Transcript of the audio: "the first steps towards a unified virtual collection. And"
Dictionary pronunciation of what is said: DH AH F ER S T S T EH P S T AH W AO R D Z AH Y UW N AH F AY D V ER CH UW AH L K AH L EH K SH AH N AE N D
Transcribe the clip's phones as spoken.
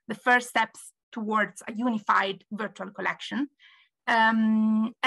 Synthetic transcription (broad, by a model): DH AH F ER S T S T EH P S T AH W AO R D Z AH Y UW N AH F AY D V ER CH UW AH L K AH L EH K SH AH N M